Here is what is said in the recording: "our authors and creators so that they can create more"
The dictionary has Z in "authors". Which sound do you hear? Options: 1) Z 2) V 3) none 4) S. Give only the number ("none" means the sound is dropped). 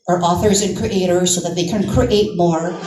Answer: 1